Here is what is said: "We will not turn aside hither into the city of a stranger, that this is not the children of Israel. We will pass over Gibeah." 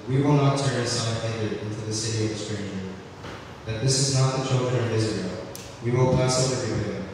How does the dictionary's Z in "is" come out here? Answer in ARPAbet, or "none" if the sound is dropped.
Z